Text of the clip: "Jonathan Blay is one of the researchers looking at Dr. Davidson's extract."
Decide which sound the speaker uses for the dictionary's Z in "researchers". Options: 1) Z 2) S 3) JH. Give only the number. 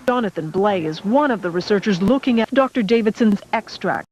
1